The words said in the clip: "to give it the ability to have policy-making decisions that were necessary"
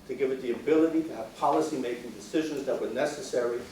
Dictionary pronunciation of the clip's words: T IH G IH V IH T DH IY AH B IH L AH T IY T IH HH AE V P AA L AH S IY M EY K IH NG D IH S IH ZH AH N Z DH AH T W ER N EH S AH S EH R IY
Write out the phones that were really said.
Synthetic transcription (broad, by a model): T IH G IH V IH T DH IY AH B IH L AH T IY T IH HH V P AA L AH S IY M EY K IH NG D IH S IH ZH AH N Z DH AH T W ER N EH S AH S EH R IY